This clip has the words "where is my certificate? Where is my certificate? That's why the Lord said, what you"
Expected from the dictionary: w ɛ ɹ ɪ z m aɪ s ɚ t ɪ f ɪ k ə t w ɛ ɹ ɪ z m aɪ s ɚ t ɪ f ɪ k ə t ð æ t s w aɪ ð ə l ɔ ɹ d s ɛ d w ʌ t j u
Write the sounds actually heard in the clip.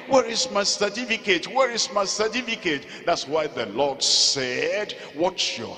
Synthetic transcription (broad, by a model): w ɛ ɹ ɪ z m aɪ s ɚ t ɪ f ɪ k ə t w ɛ ɹ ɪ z m aɪ s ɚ t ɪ f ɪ k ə t ð æ t s w aɪ ð ə l ɔ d s ɛ d w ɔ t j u